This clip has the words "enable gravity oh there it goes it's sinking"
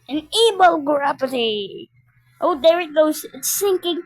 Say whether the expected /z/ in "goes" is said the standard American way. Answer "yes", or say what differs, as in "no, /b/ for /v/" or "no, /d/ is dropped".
no, /z/ is dropped